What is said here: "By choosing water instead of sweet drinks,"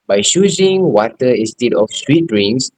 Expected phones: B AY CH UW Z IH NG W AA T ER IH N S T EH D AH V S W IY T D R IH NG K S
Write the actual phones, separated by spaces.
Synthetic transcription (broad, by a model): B AY SH UW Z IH NG W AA T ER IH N S T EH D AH F S W IY T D R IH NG S